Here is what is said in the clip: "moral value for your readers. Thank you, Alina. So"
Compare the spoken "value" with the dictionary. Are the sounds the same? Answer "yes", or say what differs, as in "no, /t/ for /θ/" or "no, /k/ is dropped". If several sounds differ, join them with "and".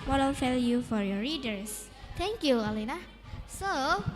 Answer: no, /f/ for /v/